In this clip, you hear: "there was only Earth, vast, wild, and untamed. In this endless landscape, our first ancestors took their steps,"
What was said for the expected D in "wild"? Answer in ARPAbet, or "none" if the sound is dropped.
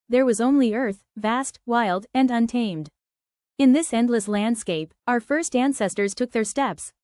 D